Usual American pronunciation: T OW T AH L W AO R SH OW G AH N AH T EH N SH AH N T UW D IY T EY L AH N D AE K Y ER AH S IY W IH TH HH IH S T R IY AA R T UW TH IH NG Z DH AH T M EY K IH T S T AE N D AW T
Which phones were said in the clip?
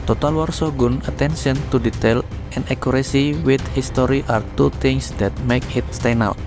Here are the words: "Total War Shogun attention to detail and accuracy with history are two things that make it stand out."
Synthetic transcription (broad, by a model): T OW T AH L W AO R S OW G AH N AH T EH N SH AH N T UW D IY T EY L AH N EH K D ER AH S IY W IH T HH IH S T R IY AA R T UW T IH NG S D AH T M EY K IH T S T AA N AW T